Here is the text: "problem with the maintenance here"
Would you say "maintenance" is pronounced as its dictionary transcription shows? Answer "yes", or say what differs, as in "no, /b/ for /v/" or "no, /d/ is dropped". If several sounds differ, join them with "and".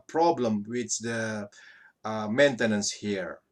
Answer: yes